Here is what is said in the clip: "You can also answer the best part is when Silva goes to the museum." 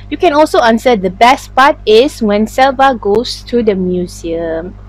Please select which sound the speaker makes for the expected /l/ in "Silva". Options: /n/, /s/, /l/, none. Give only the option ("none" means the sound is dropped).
/l/